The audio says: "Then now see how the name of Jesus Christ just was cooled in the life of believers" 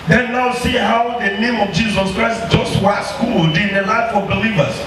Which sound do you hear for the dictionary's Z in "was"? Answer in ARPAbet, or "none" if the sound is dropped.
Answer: S